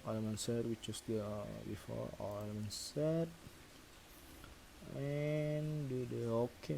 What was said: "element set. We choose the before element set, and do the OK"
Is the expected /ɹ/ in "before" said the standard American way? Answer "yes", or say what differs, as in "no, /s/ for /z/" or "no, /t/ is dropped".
no, /l/ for /ɹ/